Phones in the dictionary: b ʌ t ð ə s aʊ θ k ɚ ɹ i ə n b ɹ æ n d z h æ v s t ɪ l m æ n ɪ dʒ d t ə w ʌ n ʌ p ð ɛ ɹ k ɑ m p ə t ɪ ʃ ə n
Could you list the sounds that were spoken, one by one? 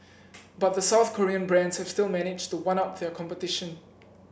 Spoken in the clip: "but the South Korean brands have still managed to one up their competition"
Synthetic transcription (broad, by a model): b ʌ t ð ə s aʊ θ k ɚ ɹ i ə n b ɹ æ n d z h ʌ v s t ɪ l m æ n ɪ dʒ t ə w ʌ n ʌ p ð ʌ ɹ k ɑ m p ə t ɪ ʃ ə n